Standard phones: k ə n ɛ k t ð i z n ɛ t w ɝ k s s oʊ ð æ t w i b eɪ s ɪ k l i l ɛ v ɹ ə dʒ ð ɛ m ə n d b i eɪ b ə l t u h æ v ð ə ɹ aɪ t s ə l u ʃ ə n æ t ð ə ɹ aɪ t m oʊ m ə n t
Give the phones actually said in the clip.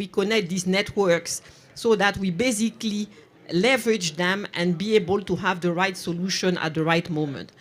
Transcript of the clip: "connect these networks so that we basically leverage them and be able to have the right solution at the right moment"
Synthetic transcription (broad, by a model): k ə n ɛ k t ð i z n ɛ t w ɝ k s s oʊ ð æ t w i b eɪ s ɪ k l i l ɛ v ɹ ə dʒ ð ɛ m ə n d b i eɪ b ə l t u h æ v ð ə ɹ aɪ t s ə l u ʃ ə n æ t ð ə ɹ aɪ t m oʊ m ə n t